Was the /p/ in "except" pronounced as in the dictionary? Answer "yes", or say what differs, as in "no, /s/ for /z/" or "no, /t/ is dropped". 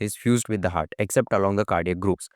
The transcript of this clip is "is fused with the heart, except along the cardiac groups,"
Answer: yes